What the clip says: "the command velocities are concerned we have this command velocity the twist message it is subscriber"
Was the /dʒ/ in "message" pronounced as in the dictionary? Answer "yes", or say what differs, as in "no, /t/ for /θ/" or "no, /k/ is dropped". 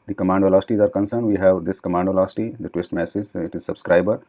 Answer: no, /z/ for /dʒ/